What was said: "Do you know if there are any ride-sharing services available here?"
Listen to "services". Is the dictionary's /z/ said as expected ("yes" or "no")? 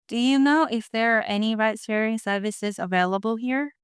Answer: yes